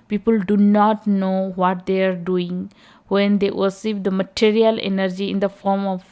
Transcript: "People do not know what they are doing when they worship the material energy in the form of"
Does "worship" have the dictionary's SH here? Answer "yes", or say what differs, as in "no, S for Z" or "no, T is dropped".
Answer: no, S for SH